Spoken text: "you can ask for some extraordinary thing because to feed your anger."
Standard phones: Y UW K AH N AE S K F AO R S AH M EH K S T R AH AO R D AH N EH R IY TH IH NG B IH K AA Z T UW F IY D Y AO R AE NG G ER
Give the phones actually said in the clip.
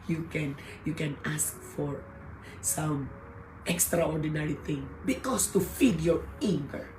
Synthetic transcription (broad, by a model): Y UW K AH N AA S K F AO R S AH M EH K S T R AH AO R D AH N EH R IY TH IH NG B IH K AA S T UW F IY D Y AO R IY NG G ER